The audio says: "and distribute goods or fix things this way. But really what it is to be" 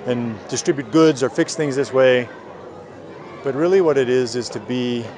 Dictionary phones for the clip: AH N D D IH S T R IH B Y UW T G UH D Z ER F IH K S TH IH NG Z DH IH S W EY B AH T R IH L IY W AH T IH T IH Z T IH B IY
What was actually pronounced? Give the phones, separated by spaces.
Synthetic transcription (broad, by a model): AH N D D IH S T R IH B Y UW T G UH D Z ER F IH K S TH IH NG Z DH IH S W EY B AH T R IH L IY W AH T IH T IH Z T IH B IY